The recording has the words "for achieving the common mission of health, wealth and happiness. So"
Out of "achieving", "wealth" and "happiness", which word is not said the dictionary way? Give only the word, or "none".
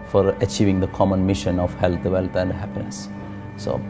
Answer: wealth